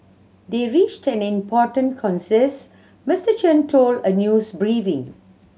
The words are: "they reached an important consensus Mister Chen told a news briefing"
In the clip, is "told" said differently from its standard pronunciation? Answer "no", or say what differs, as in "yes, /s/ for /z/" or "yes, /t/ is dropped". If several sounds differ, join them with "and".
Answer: no